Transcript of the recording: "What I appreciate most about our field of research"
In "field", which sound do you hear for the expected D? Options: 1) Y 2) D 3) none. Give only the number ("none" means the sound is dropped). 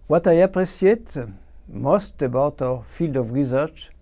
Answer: 2